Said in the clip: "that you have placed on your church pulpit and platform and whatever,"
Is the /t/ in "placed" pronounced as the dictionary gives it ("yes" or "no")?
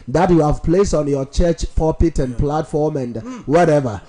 no